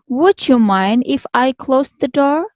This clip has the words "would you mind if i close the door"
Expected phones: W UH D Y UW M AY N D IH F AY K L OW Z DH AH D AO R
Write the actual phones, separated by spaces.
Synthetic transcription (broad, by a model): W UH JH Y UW M AY N D IH F AY K L OW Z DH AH D AO R